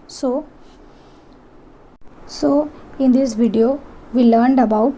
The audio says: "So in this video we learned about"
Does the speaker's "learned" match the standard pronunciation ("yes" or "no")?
yes